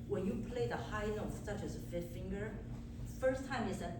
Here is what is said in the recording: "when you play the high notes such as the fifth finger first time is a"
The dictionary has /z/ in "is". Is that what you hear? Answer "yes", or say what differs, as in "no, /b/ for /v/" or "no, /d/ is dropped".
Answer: no, /s/ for /z/